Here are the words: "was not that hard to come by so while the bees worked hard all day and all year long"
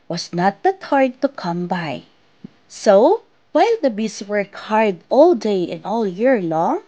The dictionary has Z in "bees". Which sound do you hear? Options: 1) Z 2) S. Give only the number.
2